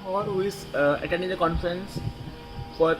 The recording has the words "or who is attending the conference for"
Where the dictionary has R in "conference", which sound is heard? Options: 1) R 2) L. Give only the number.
1